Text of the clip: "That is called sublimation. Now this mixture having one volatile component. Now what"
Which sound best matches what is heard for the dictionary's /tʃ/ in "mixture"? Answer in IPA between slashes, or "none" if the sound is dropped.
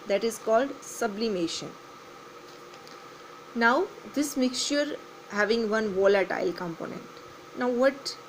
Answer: /ʃ/